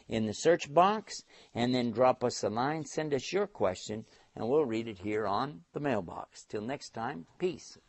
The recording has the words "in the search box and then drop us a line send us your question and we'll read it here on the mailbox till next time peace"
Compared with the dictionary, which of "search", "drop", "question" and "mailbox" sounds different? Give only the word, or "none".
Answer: none